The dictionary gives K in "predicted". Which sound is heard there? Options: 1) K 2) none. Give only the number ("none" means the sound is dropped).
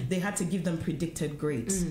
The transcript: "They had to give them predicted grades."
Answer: 1